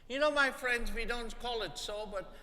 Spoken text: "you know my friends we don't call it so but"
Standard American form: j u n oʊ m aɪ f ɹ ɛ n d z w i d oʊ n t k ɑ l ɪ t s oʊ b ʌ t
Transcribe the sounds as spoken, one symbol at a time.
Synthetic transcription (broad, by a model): j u n oʊ m aɪ f ɹ ɛ n d z w i d oʊ n t k ɑ l ɪ t s oʊ b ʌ t